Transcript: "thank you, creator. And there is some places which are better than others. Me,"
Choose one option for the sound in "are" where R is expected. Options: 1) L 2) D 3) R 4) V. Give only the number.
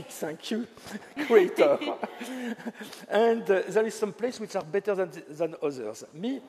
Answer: 3